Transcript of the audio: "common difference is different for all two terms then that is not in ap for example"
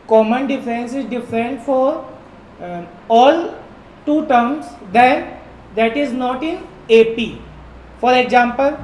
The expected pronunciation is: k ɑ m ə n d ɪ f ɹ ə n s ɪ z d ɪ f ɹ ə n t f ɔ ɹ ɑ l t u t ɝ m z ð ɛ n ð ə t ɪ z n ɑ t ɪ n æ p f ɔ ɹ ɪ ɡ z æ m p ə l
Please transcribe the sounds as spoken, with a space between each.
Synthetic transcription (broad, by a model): k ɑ m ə n d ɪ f ə n s ɪ z d ɪ f ɹ ə n t f ɔ ɹ ɑ l t u t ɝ m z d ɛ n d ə t ɪ z n ɑ t ɪ n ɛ p f ɔ ɹ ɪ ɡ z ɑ m p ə l